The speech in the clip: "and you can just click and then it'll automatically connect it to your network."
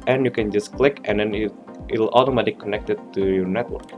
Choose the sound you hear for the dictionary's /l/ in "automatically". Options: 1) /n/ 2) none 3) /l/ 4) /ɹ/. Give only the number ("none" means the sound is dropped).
2